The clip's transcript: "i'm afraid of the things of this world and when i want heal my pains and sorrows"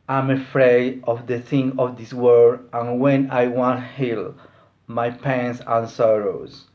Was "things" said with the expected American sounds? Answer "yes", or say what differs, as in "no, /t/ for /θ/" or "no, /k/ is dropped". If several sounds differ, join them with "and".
no, /z/ is dropped